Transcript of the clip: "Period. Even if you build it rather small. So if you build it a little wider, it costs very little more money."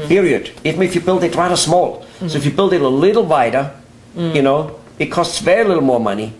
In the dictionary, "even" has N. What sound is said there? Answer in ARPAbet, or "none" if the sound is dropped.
none